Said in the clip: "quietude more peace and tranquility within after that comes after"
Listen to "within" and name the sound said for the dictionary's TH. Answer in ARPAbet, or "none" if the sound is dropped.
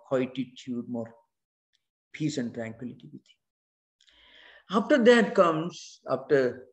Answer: T